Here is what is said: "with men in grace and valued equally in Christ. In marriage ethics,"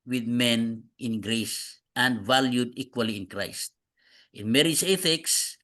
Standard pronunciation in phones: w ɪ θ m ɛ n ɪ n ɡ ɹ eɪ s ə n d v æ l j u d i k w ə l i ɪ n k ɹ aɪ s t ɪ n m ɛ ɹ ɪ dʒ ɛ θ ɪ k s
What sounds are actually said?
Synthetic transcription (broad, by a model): w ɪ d m ɛ n ɪ n ɡ ɹ eɪ s ə n d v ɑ l j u d i k w ə l i ɪ n k ɹ aɪ s t ɪ n m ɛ ɹ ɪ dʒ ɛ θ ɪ k s